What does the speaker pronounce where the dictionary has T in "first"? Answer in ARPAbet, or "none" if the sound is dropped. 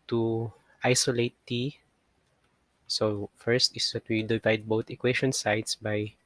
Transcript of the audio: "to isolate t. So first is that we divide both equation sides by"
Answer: T